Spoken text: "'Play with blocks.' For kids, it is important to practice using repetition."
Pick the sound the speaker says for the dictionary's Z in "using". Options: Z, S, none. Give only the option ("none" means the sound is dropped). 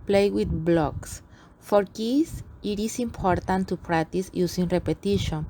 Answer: S